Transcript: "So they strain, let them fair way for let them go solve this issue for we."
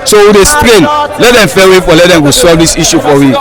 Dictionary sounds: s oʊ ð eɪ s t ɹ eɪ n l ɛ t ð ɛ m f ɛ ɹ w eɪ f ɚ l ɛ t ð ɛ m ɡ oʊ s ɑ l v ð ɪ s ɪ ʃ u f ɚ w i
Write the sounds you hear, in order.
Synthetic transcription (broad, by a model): s oʊ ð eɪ s t ɹ eɪ n l ɛ t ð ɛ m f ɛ w eɪ f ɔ l ɛ t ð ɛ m ɡ oʊ s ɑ v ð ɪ s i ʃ u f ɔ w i